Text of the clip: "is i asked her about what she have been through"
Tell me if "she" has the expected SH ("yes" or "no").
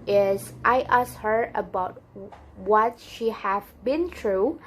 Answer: yes